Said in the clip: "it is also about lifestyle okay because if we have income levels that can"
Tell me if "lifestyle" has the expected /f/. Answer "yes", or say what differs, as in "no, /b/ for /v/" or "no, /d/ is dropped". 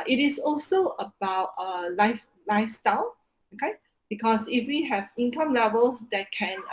yes